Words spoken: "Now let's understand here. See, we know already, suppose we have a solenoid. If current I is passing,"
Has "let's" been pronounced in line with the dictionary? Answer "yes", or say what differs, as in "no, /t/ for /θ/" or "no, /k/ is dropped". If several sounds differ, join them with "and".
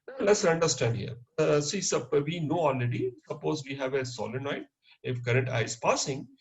yes